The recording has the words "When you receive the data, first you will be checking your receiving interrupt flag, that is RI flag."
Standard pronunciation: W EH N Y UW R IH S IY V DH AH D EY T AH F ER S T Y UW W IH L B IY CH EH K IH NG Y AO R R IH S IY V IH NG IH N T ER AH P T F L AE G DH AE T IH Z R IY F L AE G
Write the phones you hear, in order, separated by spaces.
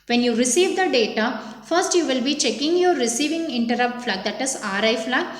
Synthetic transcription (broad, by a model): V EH N Y UW R IH S IY V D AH D EY T AH F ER S T Y UW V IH L B IY CH EH K IH NG Y AO R R IH S IY V IH NG IH N T ER AH P T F L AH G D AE T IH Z R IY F L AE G